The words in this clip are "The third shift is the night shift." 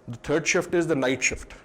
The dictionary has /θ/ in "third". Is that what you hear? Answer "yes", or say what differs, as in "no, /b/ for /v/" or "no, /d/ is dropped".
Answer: no, /t/ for /θ/